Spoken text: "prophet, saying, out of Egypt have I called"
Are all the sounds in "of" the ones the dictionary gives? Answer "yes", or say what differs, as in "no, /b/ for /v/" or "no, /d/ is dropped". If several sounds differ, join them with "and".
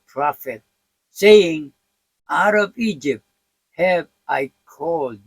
no, /b/ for /v/